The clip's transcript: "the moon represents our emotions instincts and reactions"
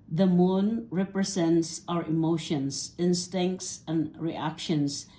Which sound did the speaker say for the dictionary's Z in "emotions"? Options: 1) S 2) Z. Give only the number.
1